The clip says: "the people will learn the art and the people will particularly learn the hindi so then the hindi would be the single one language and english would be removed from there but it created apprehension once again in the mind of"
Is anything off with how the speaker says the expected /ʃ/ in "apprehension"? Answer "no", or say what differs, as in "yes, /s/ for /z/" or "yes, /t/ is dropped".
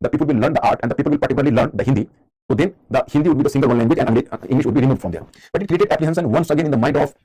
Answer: yes, /s/ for /ʃ/